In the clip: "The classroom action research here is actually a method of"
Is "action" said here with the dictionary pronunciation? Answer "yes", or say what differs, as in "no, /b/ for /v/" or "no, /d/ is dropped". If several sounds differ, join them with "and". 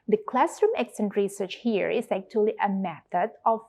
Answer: no, /s/ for /ʃ/